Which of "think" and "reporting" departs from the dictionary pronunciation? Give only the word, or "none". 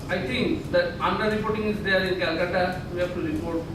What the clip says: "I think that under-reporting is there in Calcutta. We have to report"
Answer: think